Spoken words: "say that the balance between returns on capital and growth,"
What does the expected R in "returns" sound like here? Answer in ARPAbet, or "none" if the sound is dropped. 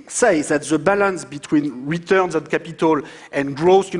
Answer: R